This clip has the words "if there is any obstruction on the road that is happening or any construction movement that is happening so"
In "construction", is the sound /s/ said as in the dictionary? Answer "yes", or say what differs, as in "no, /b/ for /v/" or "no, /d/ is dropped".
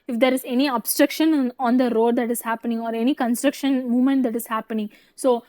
yes